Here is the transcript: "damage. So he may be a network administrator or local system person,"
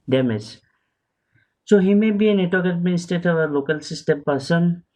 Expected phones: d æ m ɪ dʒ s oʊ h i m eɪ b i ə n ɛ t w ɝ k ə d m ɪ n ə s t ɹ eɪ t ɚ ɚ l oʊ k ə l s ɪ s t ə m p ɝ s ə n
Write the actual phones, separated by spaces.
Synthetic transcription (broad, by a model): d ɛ m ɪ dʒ s oʊ h i m eɪ b i ə n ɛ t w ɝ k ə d m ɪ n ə s t eɪ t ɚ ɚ l oʊ k ə l s ɪ s t ə m p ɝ s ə n